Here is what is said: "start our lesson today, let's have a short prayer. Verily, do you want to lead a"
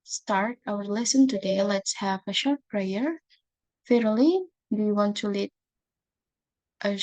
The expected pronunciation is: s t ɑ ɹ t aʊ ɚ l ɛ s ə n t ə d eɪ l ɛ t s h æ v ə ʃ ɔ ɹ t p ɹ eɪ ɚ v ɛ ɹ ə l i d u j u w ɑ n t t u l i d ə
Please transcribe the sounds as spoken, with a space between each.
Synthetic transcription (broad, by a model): s t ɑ ɹ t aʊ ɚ l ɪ s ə n t ə d eɪ l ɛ t s h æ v ə ʃ ɔ ɹ t p ɹ eɪ ɚ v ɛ ɹ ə l i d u j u w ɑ n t t u l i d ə